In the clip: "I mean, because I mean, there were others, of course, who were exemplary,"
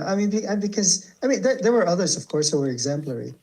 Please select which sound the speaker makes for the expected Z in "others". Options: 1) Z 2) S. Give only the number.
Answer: 1